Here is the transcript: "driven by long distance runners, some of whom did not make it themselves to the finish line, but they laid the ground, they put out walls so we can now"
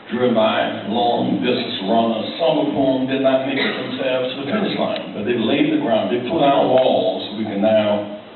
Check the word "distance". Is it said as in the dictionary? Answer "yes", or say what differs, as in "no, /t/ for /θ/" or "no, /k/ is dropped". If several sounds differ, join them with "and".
no, /n/ is dropped